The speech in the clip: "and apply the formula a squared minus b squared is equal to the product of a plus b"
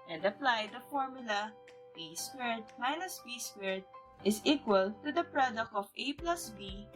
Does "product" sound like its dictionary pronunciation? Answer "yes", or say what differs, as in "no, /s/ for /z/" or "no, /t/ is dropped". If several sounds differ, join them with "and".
yes